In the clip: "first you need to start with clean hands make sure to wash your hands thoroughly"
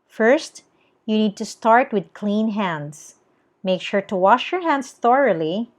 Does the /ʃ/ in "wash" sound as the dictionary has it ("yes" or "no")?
yes